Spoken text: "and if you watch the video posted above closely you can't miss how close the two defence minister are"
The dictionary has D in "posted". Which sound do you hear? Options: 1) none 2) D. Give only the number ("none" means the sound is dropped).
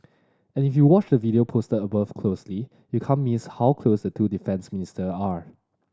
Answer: 1